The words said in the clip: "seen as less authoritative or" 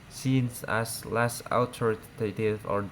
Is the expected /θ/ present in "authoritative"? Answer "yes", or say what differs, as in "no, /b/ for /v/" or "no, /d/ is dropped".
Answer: no, /t/ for /θ/